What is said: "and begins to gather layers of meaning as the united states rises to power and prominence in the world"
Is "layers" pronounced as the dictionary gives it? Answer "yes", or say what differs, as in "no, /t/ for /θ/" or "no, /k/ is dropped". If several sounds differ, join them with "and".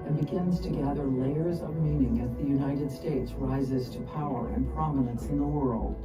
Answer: yes